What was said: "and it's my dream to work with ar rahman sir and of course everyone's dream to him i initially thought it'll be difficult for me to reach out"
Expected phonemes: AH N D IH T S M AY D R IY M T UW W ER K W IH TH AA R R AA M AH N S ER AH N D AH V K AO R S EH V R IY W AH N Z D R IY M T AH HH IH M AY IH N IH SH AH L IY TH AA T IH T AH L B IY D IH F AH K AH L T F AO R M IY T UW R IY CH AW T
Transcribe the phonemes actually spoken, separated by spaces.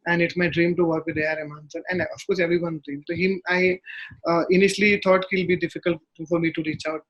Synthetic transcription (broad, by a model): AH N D IH T S M AY D R IY M T UW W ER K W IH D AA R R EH M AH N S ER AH N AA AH F K AO R S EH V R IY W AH N D R IY M T AH HH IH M AY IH N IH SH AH L IY T AA T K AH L B IY D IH F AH K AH L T F AO R M IY T UW R IY CH AW T